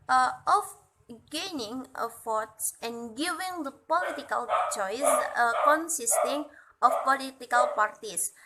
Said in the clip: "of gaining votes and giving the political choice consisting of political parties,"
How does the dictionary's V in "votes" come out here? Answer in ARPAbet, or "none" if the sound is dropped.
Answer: F